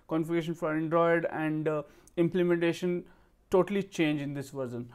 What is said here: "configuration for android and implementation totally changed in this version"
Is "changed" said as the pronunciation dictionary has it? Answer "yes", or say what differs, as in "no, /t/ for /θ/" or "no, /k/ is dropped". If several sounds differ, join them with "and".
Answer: no, /d/ is dropped